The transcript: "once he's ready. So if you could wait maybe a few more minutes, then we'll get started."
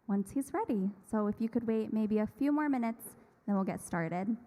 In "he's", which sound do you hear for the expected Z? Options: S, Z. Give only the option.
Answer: Z